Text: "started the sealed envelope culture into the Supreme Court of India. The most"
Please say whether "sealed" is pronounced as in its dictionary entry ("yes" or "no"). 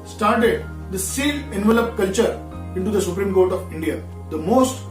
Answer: no